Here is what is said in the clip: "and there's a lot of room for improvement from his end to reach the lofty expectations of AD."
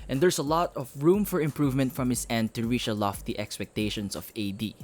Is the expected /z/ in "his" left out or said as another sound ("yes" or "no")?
yes